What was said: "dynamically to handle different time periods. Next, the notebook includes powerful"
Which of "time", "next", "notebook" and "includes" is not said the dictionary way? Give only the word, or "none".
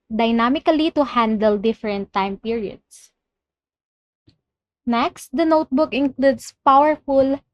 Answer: includes